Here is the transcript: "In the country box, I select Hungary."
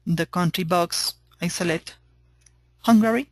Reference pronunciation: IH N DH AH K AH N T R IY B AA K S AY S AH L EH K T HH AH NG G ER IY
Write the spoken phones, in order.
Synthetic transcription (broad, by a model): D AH K AH N T R IY B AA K S AY S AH L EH T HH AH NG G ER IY